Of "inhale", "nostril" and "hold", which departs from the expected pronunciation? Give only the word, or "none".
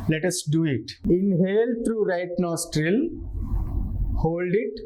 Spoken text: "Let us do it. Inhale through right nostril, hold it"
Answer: none